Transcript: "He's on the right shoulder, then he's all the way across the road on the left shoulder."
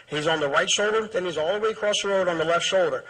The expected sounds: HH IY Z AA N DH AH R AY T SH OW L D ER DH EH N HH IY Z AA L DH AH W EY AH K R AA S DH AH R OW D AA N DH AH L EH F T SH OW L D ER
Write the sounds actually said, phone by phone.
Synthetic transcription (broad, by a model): HH IY Z N DH AH R AY T SH OW L D ER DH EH N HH IY Z AA L DH AH W EY AH K R AA S DH AH R OW D N DH AH L EH F T SH OW L D ER